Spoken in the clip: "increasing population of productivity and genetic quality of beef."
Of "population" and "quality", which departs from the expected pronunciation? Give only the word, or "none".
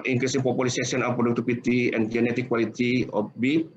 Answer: population